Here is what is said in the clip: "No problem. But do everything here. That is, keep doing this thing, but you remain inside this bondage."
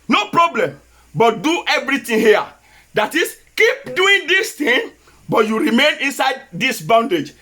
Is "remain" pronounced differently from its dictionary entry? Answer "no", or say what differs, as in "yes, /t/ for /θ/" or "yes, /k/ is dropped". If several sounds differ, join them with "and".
no